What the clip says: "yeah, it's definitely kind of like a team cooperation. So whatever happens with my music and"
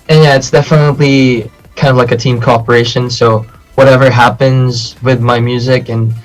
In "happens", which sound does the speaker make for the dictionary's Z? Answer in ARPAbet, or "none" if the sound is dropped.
Z